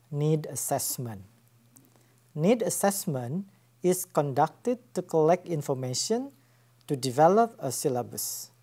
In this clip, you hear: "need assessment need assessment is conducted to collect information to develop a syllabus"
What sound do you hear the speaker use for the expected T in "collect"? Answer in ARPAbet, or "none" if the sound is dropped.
T